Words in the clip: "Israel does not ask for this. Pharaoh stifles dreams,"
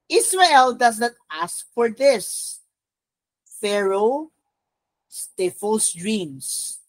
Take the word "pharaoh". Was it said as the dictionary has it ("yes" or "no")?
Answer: yes